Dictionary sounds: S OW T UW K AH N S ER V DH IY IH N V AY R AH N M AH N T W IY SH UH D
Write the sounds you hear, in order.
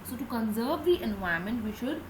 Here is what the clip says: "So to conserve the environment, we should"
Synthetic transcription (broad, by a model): S OW T UW K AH N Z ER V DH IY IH N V AY AH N M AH N T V IY SH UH D